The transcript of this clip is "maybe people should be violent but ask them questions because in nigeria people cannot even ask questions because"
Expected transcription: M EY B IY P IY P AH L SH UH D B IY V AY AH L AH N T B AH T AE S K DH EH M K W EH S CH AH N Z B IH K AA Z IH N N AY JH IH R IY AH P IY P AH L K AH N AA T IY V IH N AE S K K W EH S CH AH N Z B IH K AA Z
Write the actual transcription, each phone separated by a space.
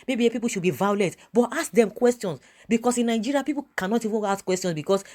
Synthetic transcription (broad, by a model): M EY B IY P IY P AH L SH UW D B IY V AY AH L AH T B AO T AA S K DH EH M K W EH S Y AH N S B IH K AA S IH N N AY JH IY R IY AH P IY P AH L K AH N AA T IY V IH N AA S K K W EH S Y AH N S B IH K AA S